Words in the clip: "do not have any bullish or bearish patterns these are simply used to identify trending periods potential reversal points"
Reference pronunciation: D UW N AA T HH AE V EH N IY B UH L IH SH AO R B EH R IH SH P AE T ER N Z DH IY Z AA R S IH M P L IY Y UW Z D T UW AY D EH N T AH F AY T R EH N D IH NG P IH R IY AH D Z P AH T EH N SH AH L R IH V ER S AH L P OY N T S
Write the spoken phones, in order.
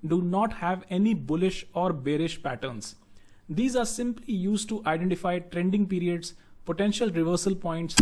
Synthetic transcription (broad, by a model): D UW N AA T HH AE V EH N IY B UH L IH SH AO R B EH R IH SH P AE T ER N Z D IY Z AA R S IH M P L IY Y UW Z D T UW AY D EH N T AH F AY T R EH N D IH NG P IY R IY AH D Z P AH T EH N SH AH L R IH V ER S AH L P OY N T S